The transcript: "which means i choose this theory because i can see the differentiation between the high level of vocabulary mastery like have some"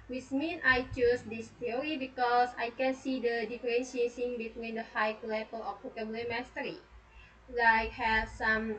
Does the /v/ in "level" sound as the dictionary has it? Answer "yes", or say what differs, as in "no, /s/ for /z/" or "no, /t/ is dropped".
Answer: no, /p/ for /v/